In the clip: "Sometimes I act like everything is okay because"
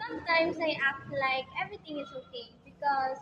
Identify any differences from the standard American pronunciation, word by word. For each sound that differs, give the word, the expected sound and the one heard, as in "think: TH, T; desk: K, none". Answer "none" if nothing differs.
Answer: everything: TH, T; is: Z, S